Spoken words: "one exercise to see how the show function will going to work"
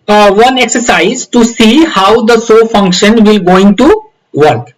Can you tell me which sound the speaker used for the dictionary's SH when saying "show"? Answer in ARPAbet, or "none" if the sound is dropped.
S